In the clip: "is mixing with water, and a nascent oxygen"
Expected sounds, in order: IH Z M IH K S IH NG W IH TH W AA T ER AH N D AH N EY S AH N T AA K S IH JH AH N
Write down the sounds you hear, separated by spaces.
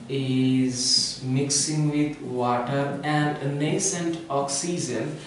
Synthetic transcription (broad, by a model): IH Z M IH K S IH NG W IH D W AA T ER AH N D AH N EY S AH N T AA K S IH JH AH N